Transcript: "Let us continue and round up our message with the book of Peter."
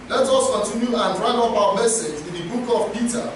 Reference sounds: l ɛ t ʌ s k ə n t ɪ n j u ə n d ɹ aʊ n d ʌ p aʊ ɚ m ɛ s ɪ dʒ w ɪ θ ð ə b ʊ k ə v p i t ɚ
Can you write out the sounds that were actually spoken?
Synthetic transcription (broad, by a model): l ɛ t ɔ s k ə n t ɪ n j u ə n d ɹ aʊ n ɔ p aʊ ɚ m ɛ s ɪ dʒ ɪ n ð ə b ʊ k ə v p i t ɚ